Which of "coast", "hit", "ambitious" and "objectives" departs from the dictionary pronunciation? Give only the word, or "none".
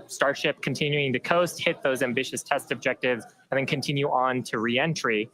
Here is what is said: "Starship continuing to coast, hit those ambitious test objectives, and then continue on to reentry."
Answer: none